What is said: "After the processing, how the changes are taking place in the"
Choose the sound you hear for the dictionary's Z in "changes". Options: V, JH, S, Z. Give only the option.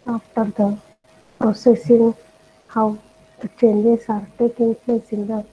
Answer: S